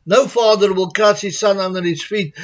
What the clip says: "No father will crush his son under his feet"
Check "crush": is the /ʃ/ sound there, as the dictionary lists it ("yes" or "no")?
no